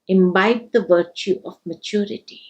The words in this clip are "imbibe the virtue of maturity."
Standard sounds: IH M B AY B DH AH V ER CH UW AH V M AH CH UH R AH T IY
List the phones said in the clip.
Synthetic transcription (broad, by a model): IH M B AY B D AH V ER CH UW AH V M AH CH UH R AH T IY